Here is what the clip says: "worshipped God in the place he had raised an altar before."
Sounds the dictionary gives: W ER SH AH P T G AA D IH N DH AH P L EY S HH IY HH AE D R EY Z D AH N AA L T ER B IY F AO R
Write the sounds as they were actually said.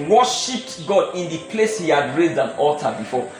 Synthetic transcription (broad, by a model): W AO SH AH P T G AA D IH N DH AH P L EY S HH IY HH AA D R EY Z D AH N AA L T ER B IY F AO